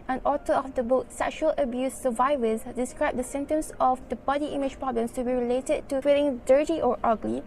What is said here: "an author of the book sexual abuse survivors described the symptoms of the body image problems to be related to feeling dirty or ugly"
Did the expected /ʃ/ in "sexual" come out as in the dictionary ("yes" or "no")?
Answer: yes